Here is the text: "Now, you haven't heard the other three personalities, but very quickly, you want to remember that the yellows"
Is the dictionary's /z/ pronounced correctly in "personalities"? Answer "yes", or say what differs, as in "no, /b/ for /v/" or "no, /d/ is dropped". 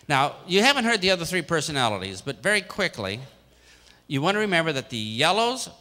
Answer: yes